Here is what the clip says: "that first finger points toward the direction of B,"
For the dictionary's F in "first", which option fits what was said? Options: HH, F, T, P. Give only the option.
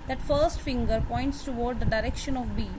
F